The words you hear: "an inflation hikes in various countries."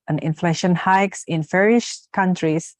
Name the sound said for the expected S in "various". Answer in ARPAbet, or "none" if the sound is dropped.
SH